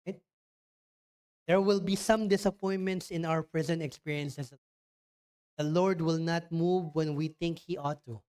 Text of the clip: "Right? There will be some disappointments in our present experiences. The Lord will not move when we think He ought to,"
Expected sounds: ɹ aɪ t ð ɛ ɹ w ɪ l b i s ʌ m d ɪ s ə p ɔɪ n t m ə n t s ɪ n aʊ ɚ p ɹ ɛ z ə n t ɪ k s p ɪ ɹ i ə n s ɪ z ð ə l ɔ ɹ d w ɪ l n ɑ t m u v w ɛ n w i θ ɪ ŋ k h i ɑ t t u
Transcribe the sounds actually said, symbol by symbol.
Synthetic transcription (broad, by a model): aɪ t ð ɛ ɹ w ɪ l b i s ʌ m d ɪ s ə p ɔɪ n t m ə n t s ɪ n aʊ ɚ p ɹ ɛ z ə n t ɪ k s p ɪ ɹ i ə n s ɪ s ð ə l ɔ ɹ d w ɪ l n ɑ t m u v w ɛ n w i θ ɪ ŋ k h i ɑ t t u